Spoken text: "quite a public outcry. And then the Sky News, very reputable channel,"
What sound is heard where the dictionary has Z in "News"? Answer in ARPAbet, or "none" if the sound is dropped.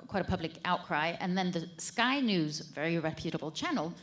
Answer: Z